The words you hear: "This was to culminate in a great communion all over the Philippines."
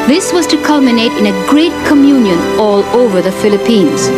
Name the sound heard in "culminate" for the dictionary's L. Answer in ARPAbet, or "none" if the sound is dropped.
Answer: L